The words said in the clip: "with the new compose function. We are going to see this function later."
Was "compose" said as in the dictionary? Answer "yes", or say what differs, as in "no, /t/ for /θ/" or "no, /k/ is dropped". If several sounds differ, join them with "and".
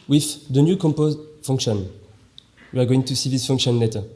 yes